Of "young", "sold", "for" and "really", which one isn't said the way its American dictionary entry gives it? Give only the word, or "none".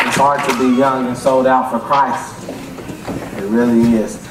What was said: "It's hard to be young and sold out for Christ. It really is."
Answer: none